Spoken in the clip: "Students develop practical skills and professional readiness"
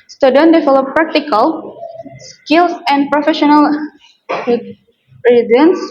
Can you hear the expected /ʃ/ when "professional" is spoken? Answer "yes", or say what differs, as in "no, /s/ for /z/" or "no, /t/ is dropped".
yes